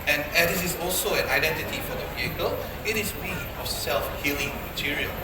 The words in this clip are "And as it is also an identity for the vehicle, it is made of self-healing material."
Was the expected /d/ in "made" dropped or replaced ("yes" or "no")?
yes